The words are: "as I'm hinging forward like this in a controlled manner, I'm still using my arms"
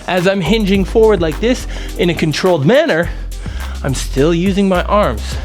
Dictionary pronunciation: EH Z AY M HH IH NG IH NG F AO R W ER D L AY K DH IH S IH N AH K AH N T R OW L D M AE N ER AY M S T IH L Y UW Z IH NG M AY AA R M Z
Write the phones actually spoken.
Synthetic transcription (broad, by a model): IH Z AY M HH IH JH IH NG F AO R W ER D L AY K DH IH S IH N AH K AH N T R OW L D M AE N ER AY M S T IH L Y UW Z IH NG M AY AA R M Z